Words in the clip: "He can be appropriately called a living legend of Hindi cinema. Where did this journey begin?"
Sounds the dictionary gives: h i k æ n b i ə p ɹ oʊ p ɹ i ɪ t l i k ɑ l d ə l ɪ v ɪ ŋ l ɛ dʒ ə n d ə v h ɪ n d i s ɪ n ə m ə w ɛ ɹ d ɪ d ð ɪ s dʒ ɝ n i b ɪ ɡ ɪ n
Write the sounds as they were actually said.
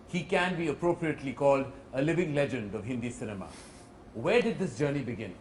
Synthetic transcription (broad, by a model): h i k æ n b i ə p ɹ oʊ p ɹ i ɪ t l i k ɑ l d ə l ɪ v ɪ ŋ l ɛ dʒ ə n d ə v h ɪ n d i s ɪ n ə m ə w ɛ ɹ d ɪ d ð ɪ s dʒ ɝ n i b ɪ ɡ ɪ n